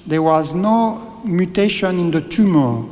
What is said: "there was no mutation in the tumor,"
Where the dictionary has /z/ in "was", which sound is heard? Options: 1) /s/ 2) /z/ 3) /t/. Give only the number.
2